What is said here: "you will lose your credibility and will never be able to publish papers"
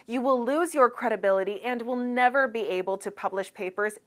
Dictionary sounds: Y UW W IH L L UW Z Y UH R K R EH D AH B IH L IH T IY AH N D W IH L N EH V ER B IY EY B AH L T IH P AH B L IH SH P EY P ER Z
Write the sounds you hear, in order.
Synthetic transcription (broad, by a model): Y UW W IH L L UW Z Y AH R K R EH D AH B IH L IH T IY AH N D W IH L N EH V ER B IY EY B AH L T IH P AH B L IH SH P EY P ER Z